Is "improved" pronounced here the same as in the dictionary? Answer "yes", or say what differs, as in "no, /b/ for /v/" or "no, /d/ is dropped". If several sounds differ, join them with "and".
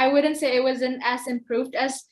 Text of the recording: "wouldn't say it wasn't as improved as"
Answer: yes